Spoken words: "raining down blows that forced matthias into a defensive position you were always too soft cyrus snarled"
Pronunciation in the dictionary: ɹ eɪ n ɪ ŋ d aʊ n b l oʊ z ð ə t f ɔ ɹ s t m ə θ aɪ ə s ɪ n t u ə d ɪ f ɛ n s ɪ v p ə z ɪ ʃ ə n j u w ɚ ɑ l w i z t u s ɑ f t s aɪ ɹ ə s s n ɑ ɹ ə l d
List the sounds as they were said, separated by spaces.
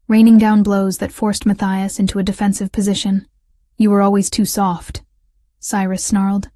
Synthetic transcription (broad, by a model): ɹ eɪ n ɪ ŋ d aʊ n b l oʊ z ð ə t f ɔ ɹ s t m ə θ aɪ ə s ɪ n t u ə d ɪ f ɛ n s ɪ v p ə z ɪ ʃ ə n j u w ɚ ɑ l w i z t u s ɑ f t s aɪ ɹ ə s s n ɑ ɹ l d